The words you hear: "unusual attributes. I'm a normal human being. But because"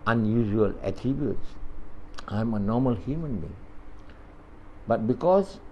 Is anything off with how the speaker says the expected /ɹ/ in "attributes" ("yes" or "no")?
yes